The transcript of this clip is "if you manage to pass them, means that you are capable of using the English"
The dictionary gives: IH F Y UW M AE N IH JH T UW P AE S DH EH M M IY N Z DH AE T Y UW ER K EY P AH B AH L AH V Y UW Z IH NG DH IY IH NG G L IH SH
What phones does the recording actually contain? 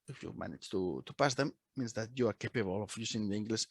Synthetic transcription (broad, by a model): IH F Y UW M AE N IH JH T UW P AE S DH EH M M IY N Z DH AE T Y UW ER K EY P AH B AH L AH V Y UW S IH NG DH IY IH NG G L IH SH